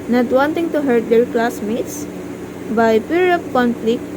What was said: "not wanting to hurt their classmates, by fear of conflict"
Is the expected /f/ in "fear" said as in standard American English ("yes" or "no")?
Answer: no